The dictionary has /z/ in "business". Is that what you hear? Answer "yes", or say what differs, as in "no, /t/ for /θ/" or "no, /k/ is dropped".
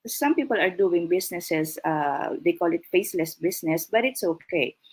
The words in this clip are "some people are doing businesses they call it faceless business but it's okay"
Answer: no, /s/ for /z/